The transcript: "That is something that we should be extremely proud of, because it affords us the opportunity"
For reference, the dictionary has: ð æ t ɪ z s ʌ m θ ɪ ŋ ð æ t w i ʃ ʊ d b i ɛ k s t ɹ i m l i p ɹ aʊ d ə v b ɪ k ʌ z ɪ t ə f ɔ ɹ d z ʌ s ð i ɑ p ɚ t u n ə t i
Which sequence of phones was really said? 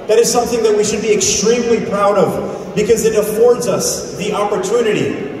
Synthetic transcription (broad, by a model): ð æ t ɪ z s ʌ m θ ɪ ŋ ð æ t w i ʃ ʊ d b i ɛ k s t ɹ i m l i p ɹ aʊ d ə v b ɪ k ʌ z ɪ t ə f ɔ ɹ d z ʌ s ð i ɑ p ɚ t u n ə t i